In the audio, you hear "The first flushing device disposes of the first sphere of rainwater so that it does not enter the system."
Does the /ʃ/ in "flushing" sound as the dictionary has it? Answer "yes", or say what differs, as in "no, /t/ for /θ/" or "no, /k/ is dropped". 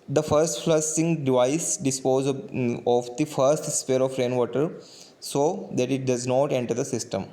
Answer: no, /s/ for /ʃ/